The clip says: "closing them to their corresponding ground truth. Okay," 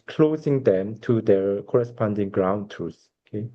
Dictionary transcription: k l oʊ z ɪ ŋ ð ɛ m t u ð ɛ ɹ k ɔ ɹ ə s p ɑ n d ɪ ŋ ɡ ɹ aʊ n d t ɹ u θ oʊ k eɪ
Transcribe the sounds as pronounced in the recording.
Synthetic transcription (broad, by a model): k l oʊ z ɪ ŋ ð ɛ m t u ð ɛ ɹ k ɔ ɹ ə s p ɑ n d ɪ ŋ ɡ ɹ aʊ n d t u s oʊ k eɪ